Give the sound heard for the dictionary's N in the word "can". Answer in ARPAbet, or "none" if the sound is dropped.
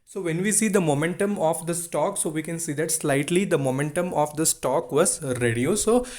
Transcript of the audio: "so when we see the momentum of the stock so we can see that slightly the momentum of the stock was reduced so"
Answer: N